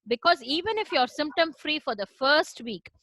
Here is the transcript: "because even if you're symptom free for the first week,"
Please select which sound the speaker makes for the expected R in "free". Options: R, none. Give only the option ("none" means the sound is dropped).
R